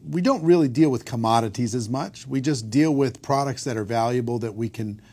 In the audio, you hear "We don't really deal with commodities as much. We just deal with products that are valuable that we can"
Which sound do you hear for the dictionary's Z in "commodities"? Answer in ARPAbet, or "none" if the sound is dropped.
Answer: Z